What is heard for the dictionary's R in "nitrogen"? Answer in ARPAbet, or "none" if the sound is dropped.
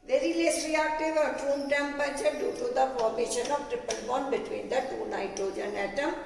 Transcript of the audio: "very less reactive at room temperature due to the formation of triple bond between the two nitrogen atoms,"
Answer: none